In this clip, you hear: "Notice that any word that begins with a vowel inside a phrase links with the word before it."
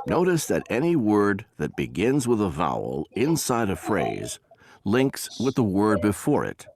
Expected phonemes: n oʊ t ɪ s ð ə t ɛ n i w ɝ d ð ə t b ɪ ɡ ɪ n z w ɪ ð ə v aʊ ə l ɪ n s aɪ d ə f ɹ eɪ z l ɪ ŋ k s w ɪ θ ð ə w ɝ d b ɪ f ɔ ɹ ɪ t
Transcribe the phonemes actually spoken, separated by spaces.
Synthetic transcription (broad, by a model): n oʊ t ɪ s ð ə t ɛ n i w ɝ d ð ə t b ɪ ɡ ɪ n z w ɪ ð ə v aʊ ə l ɪ n s aɪ d ə f ɹ eɪ z l ɪ ŋ k s w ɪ ð ə w ɝ d b ɪ f ɔ ɹ ɪ t